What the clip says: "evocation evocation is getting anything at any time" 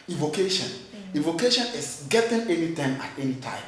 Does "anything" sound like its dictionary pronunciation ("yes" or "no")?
no